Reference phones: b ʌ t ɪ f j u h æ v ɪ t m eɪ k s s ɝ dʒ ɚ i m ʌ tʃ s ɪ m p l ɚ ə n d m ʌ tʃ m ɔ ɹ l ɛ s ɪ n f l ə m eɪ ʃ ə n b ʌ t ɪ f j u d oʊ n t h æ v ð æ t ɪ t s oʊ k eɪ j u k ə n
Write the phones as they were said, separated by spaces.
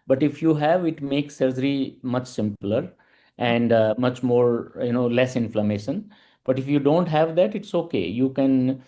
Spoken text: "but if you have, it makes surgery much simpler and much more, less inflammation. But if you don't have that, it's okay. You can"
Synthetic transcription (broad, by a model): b ʌ t ɪ f j u h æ v ɪ t m eɪ k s s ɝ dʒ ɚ i m ʌ tʃ s ɪ m p l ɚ ə n d m ʌ tʃ m ɔ ɹ l ɛ s ɪ n f l ə m eɪ ʃ ə n b ʌ t ɪ f j u d oʊ n t h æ v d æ t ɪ t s oʊ k eɪ j u k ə n